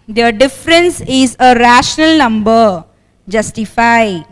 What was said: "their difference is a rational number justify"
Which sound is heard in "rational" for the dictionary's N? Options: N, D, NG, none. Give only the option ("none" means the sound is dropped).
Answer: N